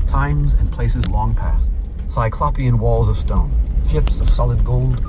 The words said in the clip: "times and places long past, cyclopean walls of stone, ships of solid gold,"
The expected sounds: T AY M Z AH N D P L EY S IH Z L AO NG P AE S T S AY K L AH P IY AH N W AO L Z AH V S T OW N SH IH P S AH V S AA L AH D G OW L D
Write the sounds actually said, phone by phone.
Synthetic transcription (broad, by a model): T AY M Z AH N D P L EY S IH Z L AO NG P AE S T S AY K L AH P IY AH N W AO L Z AH V S T OW N SH IH P S AH V S AA L AH D G OW L D